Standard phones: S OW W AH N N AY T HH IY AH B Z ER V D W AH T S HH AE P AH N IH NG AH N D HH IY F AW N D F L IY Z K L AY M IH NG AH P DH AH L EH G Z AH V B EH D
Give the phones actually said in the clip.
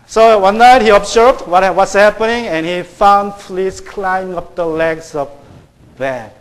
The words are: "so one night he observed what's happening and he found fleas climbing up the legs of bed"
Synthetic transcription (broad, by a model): S OW W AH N N AY T HH IY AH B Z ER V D W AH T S HH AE P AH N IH NG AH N HH IY F AW N D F L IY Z K L AY IH NG AH P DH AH L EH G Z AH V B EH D